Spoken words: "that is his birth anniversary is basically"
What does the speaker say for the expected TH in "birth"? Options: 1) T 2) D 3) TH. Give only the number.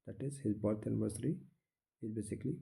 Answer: 1